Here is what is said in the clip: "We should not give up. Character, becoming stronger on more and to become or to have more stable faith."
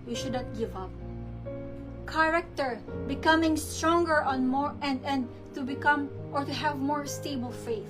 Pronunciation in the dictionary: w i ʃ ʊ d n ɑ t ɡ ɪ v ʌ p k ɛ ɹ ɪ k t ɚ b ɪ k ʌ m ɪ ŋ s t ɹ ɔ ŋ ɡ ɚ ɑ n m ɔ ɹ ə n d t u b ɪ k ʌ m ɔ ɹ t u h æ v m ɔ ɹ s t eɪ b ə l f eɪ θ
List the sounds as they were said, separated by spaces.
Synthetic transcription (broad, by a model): w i ʃ ʊ d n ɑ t ɡ ɪ v ʌ p k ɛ ɹ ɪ k t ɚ b ɪ k ʌ m ɪ ŋ s t ɹ ɔ ŋ ɡ ɚ ɑ n m ɔ ɹ ə n d t u b ɪ k ʌ m ɔ ɹ t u h æ v m ɔ ɹ s t eɪ b ə l f eɪ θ